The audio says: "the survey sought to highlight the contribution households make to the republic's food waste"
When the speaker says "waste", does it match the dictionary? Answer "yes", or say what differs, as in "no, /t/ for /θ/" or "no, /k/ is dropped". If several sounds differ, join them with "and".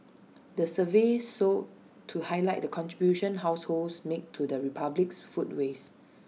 no, /t/ is dropped